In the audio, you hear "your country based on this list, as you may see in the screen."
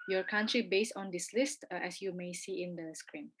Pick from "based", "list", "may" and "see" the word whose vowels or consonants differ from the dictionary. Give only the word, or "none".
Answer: none